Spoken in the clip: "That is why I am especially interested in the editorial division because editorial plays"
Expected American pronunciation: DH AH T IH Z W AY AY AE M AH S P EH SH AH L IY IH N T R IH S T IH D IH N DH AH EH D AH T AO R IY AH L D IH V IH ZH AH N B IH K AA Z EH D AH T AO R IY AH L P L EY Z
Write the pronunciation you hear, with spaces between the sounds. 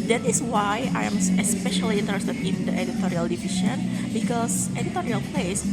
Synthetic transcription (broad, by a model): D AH T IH S W AY AY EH M AH S P EH SH AH L IY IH N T R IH S T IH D IH N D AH EH D AH T AO R IY AH L D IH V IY SH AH N B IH K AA S EH D AH T AO R IY AH L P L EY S